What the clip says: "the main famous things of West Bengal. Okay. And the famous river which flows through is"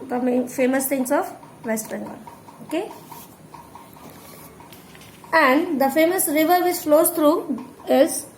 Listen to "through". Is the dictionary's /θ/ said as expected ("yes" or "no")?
no